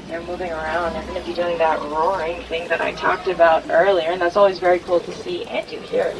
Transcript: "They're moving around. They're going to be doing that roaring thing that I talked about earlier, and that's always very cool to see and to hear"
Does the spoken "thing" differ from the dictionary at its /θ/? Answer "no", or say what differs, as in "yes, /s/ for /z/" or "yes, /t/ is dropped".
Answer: no